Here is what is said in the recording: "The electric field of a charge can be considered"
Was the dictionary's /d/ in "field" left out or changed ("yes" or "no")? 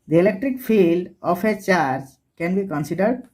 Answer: no